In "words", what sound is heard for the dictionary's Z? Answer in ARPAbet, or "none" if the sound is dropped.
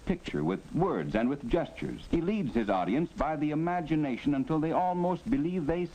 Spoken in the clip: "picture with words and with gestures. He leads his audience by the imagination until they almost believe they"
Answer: Z